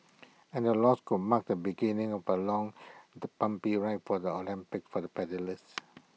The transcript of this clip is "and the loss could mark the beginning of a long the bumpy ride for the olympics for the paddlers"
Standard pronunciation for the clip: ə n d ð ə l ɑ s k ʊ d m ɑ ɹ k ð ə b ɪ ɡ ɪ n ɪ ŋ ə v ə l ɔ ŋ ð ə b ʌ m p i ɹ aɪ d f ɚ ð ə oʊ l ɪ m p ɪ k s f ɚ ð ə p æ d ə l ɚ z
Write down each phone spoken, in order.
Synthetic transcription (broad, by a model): ə n d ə l ɑ s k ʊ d m ɑ k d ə b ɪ ɡ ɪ n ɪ ŋ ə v ə l ɔ ŋ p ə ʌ m p i ɹ aɪ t f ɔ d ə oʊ l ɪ m p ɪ k f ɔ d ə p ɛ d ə l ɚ s